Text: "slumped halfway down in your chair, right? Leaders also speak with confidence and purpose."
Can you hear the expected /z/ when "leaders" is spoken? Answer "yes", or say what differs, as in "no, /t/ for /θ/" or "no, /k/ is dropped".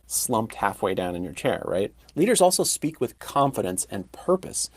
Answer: yes